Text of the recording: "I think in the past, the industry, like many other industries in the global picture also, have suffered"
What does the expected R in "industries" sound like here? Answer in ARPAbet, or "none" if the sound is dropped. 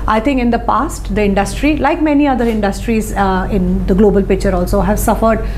R